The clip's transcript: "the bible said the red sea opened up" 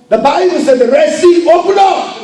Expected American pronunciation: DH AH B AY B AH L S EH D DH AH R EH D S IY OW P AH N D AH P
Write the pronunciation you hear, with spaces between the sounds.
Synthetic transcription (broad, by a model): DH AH B AY B AH L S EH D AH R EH S IY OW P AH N AH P